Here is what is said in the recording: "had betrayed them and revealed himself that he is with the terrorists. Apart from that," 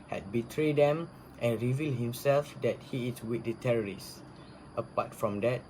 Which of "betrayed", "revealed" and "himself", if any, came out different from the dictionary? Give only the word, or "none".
none